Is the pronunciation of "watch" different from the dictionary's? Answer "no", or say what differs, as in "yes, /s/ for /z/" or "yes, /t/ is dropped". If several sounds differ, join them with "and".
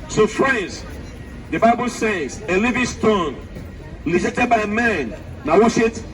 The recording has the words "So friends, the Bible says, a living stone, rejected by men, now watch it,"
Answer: yes, /s/ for /tʃ/